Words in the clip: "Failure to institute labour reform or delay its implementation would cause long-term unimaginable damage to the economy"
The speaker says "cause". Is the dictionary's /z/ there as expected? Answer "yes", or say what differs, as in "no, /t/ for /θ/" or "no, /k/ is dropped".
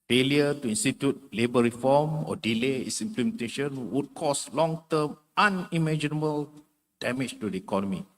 no, /s/ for /z/